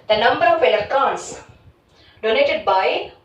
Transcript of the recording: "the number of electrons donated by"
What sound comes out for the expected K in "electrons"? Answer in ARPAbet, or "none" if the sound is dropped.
none